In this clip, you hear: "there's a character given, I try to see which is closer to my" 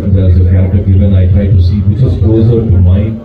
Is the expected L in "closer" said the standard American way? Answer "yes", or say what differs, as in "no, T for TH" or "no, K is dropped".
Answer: no, L is dropped